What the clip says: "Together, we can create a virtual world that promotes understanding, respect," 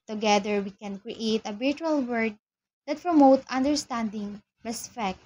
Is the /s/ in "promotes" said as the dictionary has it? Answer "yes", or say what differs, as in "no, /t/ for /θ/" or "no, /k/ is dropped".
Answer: no, /s/ is dropped